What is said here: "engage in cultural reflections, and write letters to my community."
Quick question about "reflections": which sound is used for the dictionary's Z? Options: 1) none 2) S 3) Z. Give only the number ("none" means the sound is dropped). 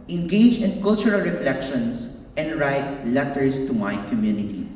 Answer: 2